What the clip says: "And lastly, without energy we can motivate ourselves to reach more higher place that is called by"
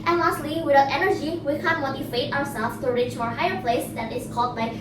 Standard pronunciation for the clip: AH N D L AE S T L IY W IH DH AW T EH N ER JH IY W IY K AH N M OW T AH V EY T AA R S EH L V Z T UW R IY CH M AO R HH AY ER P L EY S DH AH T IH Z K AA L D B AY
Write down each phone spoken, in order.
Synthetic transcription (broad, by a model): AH N L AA S T L IY W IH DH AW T EH N ER JH IY W IY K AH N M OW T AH F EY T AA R S EH L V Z T UW R IY CH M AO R HH AY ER P L EY S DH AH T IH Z K AA L D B AY